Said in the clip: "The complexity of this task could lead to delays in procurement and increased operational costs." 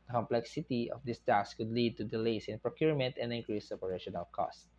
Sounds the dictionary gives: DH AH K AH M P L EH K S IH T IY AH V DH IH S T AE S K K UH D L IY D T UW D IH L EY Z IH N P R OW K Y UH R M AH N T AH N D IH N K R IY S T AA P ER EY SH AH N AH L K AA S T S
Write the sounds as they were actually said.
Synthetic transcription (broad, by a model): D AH K AH M P L EH K S IH T IY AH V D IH S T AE S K K UH D L IY D T UW D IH L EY S IH N P R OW K Y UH R M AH N T AH N D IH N K R IY S AA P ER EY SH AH N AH L K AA S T